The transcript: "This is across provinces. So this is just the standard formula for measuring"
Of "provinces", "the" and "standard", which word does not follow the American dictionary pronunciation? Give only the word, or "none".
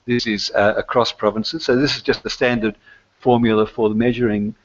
none